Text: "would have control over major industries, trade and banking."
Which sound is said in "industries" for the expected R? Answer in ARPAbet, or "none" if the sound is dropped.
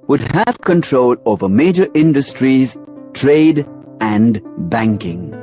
R